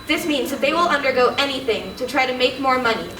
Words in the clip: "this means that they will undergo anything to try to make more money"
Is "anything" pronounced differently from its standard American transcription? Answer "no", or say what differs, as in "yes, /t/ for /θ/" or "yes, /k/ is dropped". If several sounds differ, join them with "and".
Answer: no